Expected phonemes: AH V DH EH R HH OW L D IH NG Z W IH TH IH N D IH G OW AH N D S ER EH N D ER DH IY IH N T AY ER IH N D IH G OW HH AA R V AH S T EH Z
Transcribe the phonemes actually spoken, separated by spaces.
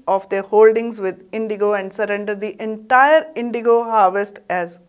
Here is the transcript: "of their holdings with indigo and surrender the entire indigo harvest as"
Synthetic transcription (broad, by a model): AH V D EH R HH OW L D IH NG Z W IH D IH N D IH G OW AH N D S ER EH N D ER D IY IH N T AY ER IH N D IH G OW HH AA R V AH S T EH Z